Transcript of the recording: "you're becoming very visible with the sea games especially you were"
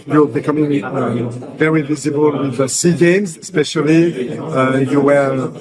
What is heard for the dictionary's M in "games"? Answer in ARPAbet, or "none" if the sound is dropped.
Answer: M